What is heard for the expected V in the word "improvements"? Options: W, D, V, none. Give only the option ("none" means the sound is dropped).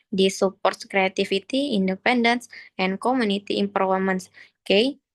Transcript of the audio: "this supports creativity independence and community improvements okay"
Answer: none